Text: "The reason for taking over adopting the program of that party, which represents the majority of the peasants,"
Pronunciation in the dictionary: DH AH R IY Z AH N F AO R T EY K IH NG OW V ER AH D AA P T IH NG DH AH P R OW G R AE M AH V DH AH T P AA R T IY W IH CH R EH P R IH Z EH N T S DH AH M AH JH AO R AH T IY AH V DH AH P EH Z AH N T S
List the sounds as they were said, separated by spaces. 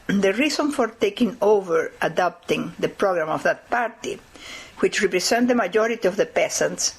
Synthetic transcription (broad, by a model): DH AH R IY S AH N F AO R T EY K IH NG OW V ER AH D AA P T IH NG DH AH P R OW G R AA M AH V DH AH T P AA R T IY W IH CH R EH P R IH S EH N T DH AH M AH JH AO R AH T IY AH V DH AH P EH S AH N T S